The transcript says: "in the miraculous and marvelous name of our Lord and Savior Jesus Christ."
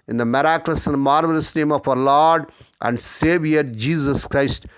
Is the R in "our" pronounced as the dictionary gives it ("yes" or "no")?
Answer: yes